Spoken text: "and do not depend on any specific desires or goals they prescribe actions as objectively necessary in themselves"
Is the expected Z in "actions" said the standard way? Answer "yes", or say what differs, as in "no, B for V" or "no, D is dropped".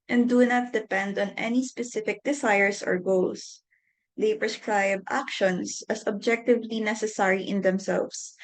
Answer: no, S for Z